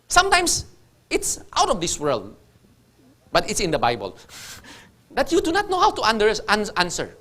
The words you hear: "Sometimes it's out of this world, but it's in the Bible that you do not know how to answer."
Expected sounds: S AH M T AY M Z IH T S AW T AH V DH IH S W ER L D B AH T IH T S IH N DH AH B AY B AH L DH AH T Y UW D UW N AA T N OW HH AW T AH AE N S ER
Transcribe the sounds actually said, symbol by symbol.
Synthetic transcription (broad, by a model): S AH M T AY M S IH T S AW T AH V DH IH S W ER L D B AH T IH T S IH N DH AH B AY B AH L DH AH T Y UW D UW N AA T N OW HH AW T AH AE N S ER